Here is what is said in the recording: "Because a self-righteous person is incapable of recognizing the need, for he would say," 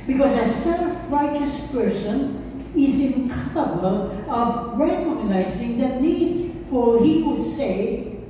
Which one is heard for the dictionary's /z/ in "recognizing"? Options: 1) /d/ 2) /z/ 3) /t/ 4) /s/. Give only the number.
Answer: 2